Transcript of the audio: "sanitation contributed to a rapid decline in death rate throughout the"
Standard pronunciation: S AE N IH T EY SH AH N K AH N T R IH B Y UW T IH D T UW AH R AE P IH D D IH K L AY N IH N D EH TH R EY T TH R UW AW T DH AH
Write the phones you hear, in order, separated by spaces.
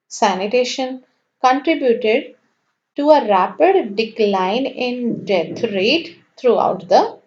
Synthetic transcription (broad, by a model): S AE N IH T EY SH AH N K AH N T R IH B Y UW T IH D T UW AH R AE P IH D D IH K L AY N IH N D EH T R EY T T R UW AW T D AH